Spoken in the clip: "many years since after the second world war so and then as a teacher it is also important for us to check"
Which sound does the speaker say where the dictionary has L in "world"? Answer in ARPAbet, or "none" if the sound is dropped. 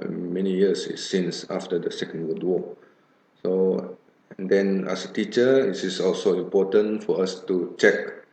none